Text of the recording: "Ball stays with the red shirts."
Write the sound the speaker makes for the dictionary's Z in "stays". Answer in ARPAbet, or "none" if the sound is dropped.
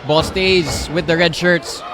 Z